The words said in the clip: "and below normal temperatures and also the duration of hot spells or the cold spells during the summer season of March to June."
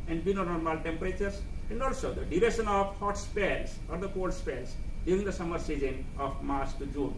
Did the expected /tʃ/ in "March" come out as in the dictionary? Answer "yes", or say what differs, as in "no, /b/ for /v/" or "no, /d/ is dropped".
no, /s/ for /tʃ/